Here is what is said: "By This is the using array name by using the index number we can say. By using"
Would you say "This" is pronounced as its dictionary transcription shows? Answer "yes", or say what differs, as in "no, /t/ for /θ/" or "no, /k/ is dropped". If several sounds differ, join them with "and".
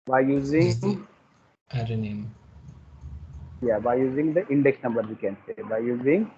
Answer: no, /s/ is dropped